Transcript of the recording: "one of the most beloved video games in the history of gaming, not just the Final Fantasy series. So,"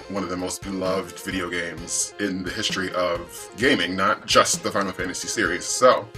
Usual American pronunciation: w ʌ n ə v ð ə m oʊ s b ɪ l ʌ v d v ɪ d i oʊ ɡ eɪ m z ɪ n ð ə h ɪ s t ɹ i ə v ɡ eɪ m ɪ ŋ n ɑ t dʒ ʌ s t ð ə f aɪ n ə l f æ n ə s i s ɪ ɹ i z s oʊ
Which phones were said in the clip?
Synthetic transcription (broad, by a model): w ʌ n ə v ð ə m oʊ s b ɪ l ʌ v d v ɪ d i oʊ ɡ eɪ m z ɪ n ð ə h ɪ s t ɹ i ə v ɡ eɪ m ɪ ŋ n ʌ t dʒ ʌ s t ð ə f aɪ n l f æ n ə s i s ɪ ɹ i z s oʊ